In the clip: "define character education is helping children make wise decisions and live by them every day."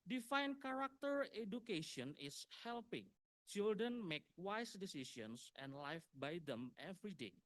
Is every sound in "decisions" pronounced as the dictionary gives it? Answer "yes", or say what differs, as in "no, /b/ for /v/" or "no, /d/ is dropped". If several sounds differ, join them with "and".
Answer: no, /s/ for /ʒ/ and /s/ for /z/